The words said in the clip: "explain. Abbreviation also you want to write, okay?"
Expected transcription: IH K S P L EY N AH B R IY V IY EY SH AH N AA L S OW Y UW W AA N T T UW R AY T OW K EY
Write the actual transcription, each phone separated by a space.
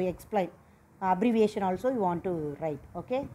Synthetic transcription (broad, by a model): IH K S P L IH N AH B R IY V IY EY SH AH N AA L S OW Y UW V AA N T T UW R AY T OW K EY